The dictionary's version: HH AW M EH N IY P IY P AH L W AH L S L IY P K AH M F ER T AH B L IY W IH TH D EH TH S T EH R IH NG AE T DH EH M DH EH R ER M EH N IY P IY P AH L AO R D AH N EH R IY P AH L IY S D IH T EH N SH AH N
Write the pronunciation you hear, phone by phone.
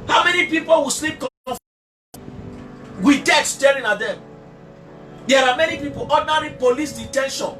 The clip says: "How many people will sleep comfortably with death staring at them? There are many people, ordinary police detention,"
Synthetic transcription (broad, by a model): HH AW M EH N IY P IY P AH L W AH S L IY P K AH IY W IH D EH T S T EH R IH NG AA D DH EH M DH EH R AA M EH N IY P IY P AH L AO D N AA R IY P AH L IY S D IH T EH N SH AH N